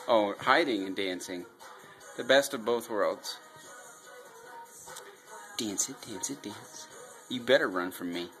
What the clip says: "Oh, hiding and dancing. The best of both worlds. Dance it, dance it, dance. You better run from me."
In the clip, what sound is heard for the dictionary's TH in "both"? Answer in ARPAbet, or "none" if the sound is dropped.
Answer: TH